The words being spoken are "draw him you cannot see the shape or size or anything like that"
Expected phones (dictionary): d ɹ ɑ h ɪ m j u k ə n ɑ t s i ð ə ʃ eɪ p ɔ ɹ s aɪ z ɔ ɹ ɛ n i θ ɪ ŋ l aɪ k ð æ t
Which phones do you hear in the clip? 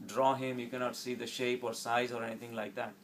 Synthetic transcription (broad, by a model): d ɹ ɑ h ɪ m j u k ə n ɑ t s i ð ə ʃ eɪ p ɔ ɹ s aɪ z ɔ ɹ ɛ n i t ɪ ŋ l aɪ k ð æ t